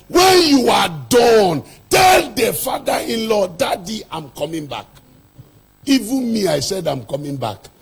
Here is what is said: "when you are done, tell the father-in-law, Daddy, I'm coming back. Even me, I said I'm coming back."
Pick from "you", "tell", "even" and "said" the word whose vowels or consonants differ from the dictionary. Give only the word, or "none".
none